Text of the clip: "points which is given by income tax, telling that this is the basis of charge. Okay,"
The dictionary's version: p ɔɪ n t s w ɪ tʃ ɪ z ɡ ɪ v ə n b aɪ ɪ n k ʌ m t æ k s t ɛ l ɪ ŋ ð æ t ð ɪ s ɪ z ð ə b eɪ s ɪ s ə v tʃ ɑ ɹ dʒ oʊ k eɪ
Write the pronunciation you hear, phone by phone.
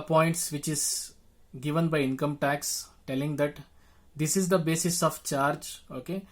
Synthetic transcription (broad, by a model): p ɔɪ n t s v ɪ tʃ ɪ z ɡ ɪ v ə n b aɪ ɪ n k ʌ m t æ k s t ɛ l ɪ ŋ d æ t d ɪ s ɪ z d ə b eɪ s ɪ s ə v tʃ ɑ ɹ dʒ oʊ k eɪ